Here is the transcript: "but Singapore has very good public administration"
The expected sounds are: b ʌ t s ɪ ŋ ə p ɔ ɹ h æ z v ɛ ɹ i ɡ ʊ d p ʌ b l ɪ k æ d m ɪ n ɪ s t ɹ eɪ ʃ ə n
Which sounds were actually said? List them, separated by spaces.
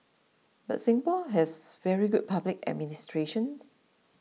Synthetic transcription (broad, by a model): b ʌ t s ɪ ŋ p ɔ l h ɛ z v ɛ ɹ i ɡ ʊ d p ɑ b l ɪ k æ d m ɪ n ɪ s t ɹ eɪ ʃ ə n